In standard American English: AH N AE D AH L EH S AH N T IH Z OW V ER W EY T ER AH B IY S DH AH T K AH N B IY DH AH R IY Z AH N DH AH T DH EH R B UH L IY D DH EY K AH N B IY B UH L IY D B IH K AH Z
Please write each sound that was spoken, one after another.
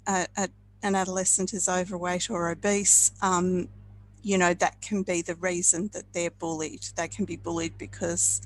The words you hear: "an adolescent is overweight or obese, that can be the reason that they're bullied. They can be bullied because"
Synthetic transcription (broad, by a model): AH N AE D AH L EH S AH N T IH Z OW V ER W EY T ER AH B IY S DH AH T K AH N B IY DH AH R IY Z AH N DH AH T DH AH R B UH L IY D DH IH K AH N B IY B UH L IY D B IH K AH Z